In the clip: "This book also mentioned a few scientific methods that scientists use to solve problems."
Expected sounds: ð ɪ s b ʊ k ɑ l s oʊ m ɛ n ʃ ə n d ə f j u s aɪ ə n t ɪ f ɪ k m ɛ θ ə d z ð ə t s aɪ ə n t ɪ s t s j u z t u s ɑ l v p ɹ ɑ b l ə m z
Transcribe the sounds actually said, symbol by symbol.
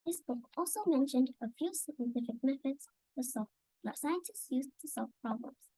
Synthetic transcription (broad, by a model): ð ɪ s b ʊ k ɑ l s oʊ m ɛ n ʃ ə n d ə f j u s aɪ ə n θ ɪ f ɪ k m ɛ f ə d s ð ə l s aɪ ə n t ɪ s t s j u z t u s ɑ l v p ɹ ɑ b l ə m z